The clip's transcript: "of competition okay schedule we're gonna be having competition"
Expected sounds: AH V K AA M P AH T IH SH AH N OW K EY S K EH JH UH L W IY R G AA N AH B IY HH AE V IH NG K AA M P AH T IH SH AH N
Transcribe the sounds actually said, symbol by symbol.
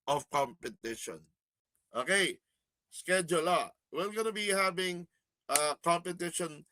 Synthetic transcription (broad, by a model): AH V K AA M P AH T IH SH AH N OW K EY S K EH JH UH L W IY L G AA N AH B IY HH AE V IH NG K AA M P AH T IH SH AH N